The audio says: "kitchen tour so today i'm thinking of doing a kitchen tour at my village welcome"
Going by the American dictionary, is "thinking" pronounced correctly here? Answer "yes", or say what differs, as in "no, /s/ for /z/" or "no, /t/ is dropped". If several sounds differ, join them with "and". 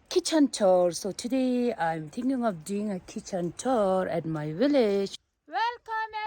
no, /t/ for /θ/